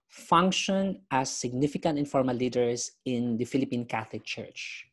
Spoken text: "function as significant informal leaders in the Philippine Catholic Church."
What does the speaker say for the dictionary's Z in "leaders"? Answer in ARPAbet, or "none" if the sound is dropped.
S